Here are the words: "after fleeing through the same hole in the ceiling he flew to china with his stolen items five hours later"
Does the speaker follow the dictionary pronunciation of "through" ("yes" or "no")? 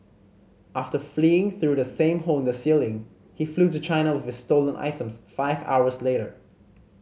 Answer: yes